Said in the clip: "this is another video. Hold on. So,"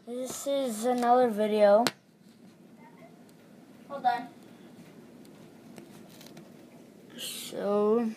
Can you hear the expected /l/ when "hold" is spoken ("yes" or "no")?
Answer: no